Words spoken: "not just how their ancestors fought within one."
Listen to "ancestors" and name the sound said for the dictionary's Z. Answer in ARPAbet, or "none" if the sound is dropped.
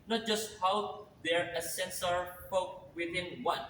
none